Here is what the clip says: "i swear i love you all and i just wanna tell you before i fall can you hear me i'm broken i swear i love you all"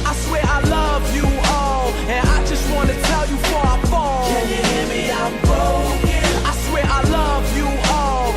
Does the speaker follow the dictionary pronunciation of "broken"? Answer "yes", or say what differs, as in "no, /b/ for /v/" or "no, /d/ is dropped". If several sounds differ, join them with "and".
no, /ɹ/ is dropped and /k/ is dropped and /n/ is dropped